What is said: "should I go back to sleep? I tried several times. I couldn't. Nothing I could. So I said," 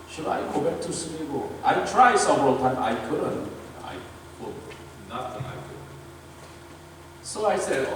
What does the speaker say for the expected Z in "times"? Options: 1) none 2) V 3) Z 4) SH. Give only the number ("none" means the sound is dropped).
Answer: 1